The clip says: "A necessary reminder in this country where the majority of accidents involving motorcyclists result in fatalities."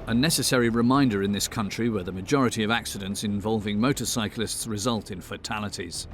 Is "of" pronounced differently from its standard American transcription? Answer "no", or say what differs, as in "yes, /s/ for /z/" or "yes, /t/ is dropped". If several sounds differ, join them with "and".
no